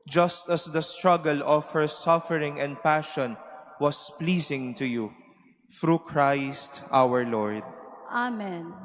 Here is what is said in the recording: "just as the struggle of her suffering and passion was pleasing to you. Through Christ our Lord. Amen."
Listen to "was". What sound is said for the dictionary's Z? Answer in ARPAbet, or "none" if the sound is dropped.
S